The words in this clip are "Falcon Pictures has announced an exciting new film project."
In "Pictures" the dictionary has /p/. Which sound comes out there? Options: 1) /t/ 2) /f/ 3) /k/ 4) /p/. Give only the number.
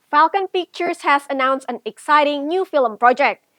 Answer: 2